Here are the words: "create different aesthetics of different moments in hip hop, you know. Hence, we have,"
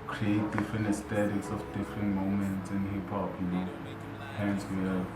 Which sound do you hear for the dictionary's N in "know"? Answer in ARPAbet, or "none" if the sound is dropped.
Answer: L